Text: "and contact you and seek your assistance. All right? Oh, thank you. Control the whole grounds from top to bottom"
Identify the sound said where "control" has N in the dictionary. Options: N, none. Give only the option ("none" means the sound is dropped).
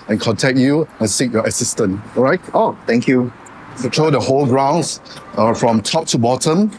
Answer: none